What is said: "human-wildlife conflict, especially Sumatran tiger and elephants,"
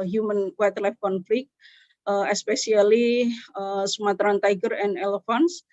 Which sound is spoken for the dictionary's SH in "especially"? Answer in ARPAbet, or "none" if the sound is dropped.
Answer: S